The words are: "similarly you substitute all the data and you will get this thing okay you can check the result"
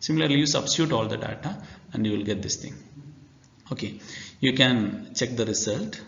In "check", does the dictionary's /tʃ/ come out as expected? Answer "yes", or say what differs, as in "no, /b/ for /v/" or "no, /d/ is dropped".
yes